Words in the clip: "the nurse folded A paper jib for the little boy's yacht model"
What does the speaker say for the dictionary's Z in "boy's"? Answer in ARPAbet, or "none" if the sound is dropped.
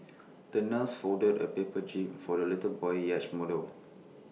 none